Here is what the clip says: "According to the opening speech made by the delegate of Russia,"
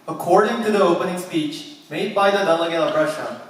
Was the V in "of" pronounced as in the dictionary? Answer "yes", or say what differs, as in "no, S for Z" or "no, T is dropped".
no, P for V